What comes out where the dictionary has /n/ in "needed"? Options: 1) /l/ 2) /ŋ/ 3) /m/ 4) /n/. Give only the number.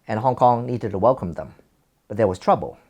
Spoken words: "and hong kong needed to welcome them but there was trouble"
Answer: 4